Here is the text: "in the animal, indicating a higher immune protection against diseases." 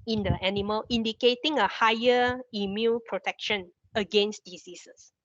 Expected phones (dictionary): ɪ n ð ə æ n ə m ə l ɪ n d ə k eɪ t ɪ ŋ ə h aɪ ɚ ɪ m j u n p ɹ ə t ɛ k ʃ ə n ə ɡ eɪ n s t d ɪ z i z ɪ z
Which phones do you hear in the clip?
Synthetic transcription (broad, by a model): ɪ n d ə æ n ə m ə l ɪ n d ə k eɪ t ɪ ŋ ə h aɪ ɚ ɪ m j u l p ɹ ə t ɛ k ʃ ə n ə ɡ eɪ n s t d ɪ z i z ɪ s